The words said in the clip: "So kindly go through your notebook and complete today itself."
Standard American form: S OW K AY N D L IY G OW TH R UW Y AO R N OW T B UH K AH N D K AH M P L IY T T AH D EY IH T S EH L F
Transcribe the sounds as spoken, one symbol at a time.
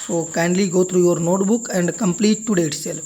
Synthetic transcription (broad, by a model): S OW K AY N D L IY G OW T R UW Y AO R N OW T B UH K AH N D K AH M P L IY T T AH D EY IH T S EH L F